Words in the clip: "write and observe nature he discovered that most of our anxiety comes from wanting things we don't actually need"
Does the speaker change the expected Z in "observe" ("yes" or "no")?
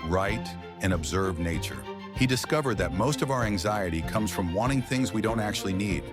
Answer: no